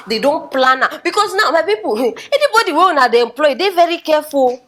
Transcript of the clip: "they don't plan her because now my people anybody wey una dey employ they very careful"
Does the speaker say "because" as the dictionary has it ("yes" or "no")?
no